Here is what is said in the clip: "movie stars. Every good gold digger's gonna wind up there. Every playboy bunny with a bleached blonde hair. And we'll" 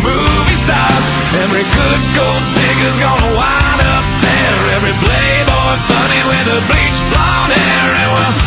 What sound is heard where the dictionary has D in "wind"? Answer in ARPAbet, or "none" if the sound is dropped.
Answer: none